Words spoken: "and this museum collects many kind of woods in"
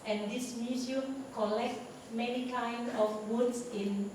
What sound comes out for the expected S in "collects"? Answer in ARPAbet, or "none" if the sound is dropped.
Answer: none